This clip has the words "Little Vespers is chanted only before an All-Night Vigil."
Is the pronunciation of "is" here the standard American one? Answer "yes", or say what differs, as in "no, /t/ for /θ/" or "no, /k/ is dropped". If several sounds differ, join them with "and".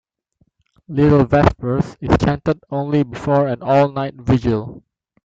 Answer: no, /s/ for /z/